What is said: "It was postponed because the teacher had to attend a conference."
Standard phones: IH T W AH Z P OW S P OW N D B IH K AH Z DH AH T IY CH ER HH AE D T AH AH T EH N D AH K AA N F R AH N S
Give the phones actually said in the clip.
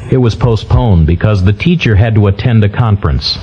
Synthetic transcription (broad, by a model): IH T W AH Z P OW S P OW N B IH K AH Z DH AH T IY CH ER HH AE D T AH AH T EH N D AH K AA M F R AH N S